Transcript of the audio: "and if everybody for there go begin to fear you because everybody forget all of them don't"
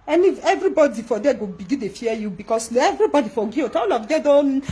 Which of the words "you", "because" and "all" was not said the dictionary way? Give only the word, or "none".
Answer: because